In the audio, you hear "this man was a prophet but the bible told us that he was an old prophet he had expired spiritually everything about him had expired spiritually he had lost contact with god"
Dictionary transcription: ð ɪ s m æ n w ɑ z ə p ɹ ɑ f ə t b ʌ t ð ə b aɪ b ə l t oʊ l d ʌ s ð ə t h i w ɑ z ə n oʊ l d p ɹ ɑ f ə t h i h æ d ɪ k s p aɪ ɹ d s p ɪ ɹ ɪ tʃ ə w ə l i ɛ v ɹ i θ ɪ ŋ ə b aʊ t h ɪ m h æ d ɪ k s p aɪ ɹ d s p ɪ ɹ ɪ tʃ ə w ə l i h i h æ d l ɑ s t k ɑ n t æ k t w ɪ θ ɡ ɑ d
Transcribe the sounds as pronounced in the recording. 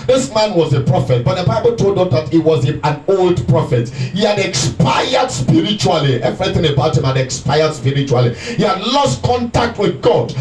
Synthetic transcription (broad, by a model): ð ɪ s m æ n w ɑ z ə p ɹ ɑ f ə t b ʌ t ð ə b aɪ b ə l t oʊ l d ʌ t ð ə t h i w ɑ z ə n oʊ l d p ɹ ɑ f ə t h i h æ d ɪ k s p aɪ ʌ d s p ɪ ɹ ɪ tʃ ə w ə l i ɛ v ɹ i θ ɪ ŋ ə b aʊ t h ɪ m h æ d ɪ k s p aɪ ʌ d s p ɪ ɹ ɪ tʃ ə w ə l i h i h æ d l ɑ s t k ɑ n t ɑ k t w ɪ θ ɡ ɑ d